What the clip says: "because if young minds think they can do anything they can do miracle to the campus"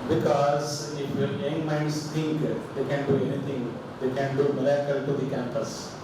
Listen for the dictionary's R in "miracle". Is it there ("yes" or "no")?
no